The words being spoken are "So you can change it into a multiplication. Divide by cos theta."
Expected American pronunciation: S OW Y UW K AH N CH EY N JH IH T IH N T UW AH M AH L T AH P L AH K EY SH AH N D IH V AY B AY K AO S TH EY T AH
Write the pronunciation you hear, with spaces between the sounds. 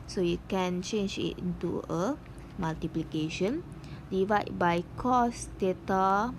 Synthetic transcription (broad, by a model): S OW Y UW K AH N CH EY N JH IH T IH N T UW AH M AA L T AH P L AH K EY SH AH N D IH V AY B AY K AO S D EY T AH